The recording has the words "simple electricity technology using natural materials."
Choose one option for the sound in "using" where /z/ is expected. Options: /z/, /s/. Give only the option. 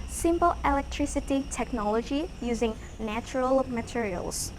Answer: /z/